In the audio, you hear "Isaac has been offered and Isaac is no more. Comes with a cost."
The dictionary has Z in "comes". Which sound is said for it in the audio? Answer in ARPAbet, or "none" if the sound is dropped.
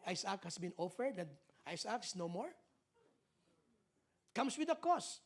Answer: S